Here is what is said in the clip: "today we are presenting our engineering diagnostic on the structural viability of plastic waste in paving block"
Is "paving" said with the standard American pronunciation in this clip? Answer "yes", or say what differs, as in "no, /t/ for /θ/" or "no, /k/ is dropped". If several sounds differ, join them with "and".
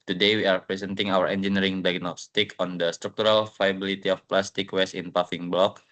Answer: no, /f/ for /v/